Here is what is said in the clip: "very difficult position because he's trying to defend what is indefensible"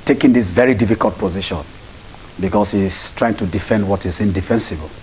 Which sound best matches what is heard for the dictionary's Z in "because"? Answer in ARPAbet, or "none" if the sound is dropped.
S